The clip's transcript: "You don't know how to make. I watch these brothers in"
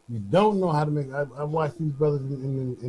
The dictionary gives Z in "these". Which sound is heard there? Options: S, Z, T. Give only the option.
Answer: Z